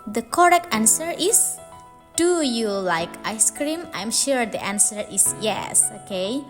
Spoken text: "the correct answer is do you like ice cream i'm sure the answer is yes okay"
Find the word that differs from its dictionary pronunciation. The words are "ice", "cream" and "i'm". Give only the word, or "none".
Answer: none